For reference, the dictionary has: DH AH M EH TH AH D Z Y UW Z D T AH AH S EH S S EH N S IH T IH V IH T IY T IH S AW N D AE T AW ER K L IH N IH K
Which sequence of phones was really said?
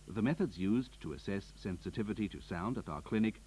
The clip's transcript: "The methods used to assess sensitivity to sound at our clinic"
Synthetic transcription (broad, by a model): DH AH M EH TH AH D Z Y UW Z T AH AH S EH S S EH N S IH T IH V IH T IY T IH S AW N D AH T AW ER K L IH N IH K